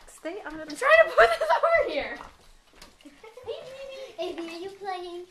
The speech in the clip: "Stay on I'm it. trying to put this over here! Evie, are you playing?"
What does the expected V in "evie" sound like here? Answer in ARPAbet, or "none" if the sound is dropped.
B